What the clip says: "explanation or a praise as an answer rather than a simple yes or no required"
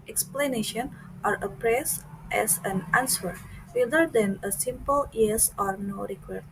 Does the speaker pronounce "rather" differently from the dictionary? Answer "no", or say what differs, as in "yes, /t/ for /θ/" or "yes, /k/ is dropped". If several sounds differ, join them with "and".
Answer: yes, /w/ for /ɹ/